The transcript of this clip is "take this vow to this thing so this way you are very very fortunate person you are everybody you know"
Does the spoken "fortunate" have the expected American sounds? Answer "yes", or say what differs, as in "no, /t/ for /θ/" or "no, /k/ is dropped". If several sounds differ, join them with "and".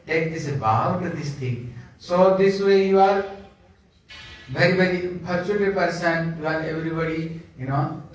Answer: no, /p/ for /f/